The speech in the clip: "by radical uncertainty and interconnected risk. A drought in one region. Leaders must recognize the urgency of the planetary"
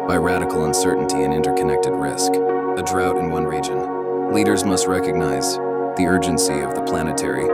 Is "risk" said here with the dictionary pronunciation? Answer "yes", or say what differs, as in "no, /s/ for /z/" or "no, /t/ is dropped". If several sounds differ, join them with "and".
yes